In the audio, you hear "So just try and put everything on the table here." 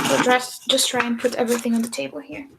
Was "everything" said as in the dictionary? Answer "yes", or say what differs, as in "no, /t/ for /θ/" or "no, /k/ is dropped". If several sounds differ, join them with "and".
yes